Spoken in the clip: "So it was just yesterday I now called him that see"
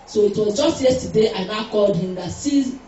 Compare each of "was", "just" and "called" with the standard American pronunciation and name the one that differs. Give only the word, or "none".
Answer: none